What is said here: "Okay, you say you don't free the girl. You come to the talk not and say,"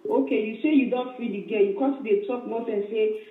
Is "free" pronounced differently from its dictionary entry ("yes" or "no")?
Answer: yes